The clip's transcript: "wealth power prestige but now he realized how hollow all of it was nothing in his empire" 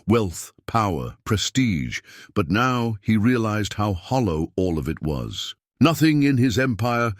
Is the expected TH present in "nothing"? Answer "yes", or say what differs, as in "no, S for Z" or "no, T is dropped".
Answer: yes